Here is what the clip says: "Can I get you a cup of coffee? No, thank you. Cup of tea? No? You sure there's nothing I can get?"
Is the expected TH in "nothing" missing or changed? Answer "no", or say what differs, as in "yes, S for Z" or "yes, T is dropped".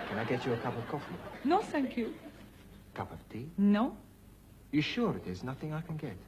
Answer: no